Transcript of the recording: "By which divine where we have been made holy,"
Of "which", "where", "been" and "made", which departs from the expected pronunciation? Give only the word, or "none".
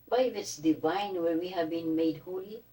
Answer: which